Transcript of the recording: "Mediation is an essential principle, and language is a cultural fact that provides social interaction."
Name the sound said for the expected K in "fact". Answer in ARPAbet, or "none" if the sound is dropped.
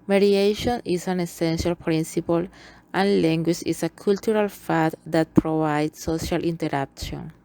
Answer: none